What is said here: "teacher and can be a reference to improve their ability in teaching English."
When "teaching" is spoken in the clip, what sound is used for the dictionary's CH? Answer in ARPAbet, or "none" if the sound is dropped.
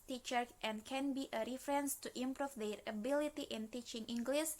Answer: CH